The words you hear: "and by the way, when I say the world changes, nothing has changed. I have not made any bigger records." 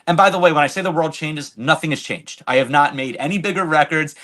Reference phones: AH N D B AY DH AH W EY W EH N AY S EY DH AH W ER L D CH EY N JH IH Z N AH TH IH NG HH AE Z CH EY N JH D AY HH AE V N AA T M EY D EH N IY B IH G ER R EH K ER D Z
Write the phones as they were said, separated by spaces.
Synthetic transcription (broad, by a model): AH N B AY DH AH W EY W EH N AY S EY DH AH W ER L D CH EY N JH IH Z N AH TH IH NG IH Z CH EY N JH D AY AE V N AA T M EY D EH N IY B IH G ER R EH K ER D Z